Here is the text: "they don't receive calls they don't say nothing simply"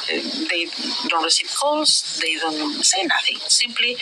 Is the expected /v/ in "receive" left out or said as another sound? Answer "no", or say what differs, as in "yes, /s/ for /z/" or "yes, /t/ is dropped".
yes, /p/ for /v/